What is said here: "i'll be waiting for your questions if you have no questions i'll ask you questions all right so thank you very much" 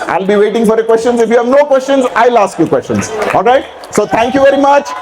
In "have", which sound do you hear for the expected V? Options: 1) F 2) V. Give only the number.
2